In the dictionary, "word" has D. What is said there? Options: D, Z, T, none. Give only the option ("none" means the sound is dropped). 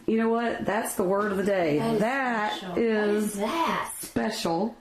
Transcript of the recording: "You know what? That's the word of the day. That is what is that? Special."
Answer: D